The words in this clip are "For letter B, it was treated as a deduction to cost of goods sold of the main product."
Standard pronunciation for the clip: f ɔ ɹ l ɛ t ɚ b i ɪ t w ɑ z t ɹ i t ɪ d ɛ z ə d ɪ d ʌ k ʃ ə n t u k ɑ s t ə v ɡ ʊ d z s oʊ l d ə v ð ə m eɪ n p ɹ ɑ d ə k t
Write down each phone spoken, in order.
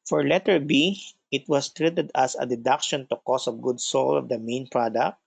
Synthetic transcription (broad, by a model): f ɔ ɹ l ɛ t ɚ b i ɪ t w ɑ s t ɹ i t ɪ d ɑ s ə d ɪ d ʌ k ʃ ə n t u k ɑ s ə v ɡ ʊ d s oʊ l ə v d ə m eɪ n p ɹ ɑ d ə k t